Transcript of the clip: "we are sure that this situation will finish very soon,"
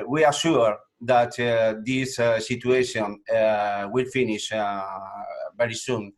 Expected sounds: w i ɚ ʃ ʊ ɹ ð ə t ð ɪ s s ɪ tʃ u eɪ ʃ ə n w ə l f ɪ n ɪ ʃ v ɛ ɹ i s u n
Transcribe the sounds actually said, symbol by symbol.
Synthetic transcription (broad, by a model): w i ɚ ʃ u ɹ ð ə t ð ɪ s s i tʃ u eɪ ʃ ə n w ə l f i n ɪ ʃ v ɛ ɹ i s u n